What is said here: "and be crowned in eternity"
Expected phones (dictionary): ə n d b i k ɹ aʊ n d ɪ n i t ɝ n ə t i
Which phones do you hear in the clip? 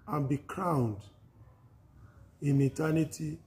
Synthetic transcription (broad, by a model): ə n b i k ɹ aʊ n d ɪ n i t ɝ n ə t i